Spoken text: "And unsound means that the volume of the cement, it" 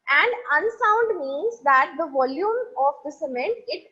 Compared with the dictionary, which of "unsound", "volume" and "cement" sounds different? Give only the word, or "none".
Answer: none